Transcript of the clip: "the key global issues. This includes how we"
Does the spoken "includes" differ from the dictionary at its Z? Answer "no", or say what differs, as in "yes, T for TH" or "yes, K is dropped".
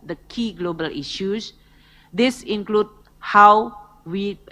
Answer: yes, Z is dropped